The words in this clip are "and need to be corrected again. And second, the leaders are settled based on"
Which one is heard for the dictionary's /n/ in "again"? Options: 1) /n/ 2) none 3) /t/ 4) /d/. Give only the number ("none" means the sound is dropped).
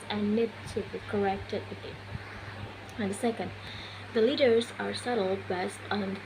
2